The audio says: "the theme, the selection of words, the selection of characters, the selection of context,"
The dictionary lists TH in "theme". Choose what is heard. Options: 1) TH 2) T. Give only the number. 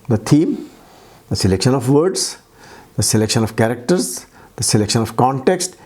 2